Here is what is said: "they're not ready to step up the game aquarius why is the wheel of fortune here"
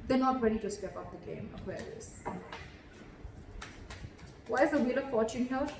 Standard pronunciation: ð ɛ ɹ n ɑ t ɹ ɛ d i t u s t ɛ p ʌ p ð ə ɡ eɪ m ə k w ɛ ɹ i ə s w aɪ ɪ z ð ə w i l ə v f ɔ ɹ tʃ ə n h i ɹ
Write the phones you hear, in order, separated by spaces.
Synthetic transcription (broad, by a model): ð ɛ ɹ n ɑ t ɹ ɛ d i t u s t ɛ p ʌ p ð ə ɡ eɪ m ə w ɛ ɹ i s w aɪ ɪ z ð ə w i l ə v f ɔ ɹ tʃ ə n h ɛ